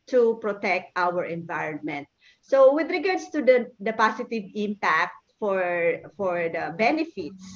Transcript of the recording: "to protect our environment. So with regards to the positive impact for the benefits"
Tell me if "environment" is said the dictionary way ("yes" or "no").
yes